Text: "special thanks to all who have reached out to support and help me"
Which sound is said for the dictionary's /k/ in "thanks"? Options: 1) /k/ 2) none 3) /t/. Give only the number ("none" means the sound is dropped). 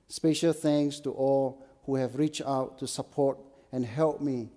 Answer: 2